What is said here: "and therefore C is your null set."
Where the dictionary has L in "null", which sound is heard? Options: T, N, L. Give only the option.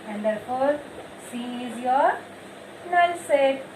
N